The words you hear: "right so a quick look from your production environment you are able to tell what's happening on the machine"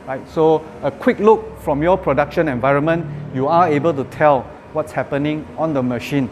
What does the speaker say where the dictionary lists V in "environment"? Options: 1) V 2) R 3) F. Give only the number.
1